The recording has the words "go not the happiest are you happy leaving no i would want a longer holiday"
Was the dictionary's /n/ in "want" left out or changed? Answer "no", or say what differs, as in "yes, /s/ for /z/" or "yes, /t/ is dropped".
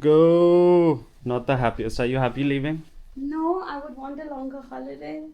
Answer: no